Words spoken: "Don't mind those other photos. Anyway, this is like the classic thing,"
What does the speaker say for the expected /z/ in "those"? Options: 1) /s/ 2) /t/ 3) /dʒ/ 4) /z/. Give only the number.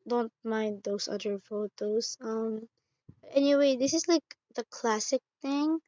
1